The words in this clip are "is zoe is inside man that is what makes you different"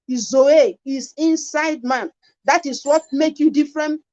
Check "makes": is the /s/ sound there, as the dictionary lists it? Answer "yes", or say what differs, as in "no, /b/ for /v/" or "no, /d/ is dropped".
no, /s/ is dropped